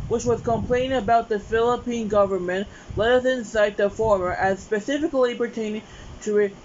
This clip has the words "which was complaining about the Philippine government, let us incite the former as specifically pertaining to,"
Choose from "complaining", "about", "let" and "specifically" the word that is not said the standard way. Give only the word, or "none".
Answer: complaining